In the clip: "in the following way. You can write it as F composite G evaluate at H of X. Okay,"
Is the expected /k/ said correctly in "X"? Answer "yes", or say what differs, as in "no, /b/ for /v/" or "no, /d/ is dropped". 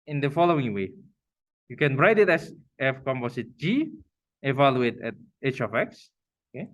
yes